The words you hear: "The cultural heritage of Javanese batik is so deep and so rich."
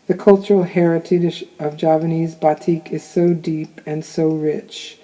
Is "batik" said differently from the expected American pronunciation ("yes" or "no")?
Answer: no